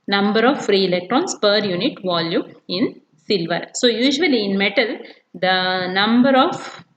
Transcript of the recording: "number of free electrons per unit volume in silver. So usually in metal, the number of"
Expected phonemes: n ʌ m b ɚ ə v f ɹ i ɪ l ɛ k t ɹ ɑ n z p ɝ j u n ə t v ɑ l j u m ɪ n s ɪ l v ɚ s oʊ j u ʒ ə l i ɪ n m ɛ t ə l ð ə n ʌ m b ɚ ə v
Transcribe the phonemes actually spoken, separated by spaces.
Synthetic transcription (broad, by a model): n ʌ m b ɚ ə f ɹ i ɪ l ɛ k t ɹ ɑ n s p ɝ j u n ə t v ɑ l j u m ɪ n s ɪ l v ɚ s oʊ j u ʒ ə l i ɪ n m ɛ t ə l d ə n ʌ m b ɚ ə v